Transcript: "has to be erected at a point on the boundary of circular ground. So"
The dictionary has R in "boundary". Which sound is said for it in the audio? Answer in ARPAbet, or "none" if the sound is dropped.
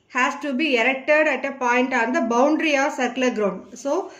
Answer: R